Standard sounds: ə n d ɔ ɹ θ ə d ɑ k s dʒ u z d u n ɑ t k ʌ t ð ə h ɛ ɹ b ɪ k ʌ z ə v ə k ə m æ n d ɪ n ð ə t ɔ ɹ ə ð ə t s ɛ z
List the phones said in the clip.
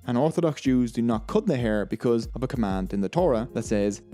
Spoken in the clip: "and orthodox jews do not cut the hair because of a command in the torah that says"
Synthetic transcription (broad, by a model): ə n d ɔ ɹ θ ə d ɑ k s dʒ u z d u n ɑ t k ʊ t ð ə h ɛ ɹ b ɪ k ʌ z ə v ə k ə m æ n d ɪ n ð ə t ɔ ɹ ə ð ə t s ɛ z